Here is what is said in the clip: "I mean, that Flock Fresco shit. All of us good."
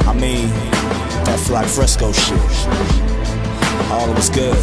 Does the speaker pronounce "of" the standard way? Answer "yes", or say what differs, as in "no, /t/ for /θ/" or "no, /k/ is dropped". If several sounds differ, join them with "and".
no, /w/ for /v/